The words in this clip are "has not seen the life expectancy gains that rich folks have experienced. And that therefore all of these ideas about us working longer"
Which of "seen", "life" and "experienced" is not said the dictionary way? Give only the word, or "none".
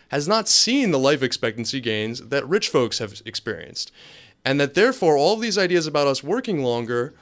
none